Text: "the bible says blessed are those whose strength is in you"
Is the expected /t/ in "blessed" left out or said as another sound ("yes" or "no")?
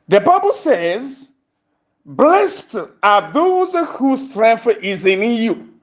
no